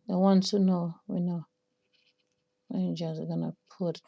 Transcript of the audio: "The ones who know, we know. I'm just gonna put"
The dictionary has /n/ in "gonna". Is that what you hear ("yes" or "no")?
yes